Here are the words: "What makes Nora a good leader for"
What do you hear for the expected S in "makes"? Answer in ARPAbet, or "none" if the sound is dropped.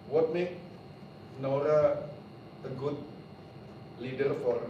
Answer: none